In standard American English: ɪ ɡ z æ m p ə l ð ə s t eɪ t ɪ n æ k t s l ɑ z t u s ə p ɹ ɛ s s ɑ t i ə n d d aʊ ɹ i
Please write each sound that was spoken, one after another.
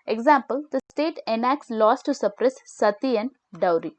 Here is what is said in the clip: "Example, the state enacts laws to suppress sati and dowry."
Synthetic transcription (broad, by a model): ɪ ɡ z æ m p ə l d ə s t eɪ t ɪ n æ k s l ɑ s t u s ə p ɹ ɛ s s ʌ t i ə n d d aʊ ɹ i